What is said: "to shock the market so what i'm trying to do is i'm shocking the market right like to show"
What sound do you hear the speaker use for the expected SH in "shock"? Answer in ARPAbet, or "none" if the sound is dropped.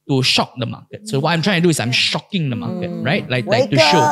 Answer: SH